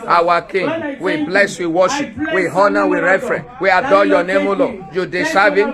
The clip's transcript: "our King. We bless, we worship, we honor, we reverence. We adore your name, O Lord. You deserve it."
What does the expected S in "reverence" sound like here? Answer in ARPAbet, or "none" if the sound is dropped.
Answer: none